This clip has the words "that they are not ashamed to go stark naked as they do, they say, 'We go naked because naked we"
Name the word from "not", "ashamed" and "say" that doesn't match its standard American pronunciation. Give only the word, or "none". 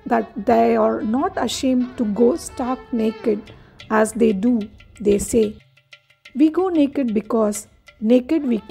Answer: none